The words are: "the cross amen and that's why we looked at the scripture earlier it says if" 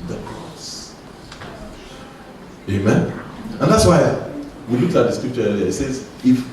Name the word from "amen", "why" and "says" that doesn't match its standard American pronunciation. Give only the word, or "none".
none